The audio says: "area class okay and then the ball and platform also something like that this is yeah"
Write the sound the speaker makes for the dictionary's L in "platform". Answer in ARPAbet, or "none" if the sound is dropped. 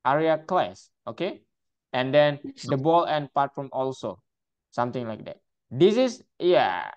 none